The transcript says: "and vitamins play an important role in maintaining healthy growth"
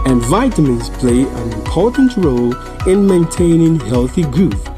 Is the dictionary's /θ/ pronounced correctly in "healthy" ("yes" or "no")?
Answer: yes